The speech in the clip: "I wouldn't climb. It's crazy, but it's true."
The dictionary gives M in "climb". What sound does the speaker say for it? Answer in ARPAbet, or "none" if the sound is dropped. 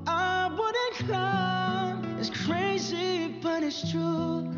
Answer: none